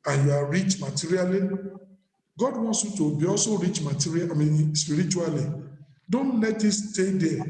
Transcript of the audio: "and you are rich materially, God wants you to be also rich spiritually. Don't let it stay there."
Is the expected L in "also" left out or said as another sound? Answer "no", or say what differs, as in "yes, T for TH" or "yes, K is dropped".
yes, L is dropped